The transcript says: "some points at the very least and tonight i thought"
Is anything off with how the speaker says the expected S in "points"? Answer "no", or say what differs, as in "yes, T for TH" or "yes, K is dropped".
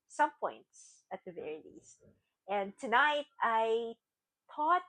no